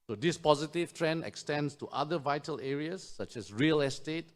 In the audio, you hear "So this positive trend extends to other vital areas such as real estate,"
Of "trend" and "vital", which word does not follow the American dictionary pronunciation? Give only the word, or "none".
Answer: none